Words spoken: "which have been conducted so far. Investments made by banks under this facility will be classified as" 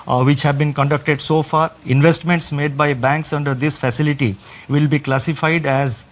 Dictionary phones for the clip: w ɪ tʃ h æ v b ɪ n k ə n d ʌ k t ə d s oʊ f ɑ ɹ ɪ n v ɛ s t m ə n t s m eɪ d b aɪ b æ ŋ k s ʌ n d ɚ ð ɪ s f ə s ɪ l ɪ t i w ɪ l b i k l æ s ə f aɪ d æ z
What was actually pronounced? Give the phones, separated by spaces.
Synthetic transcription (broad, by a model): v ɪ tʃ h æ v b ɪ n k ə n d ʌ k t ə d s oʊ f ɑ ɹ ɪ n v ɛ s t m ə n t s m eɪ d b aɪ b æ ŋ k s ʌ n d ɚ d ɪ s f ə s ɪ l ɪ t i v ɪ l b i k l æ s ə f aɪ d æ z